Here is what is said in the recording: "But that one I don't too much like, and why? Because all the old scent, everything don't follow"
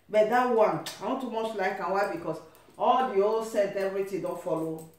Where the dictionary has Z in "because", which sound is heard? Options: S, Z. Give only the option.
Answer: S